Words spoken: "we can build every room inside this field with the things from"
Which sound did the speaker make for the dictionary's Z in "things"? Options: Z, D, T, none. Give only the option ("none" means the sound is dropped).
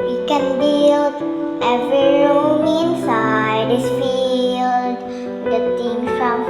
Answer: none